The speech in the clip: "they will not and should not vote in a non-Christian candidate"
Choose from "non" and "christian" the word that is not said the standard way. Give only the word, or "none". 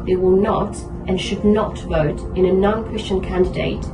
none